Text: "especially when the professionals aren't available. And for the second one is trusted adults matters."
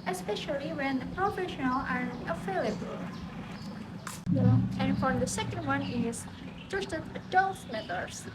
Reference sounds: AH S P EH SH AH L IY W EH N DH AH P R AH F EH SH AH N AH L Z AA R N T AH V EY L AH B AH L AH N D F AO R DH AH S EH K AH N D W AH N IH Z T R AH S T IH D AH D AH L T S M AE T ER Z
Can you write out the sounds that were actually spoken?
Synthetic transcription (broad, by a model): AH S P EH SH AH L IY W EH N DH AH P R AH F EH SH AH N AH L AA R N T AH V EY L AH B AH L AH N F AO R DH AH S EH K AH N D W AH N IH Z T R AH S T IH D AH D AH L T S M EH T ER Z